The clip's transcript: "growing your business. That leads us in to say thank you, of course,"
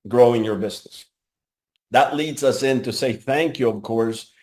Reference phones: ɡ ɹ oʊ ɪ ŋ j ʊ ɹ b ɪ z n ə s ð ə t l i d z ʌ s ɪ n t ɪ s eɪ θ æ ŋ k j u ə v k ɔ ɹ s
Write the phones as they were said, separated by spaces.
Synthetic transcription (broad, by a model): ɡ ɹ oʊ ɪ ŋ j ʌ ɹ b ɪ z n ə s ð ə t l i d z ʌ s ɪ n t ɪ s eɪ θ æ ŋ k j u ə v k ɔ ɹ s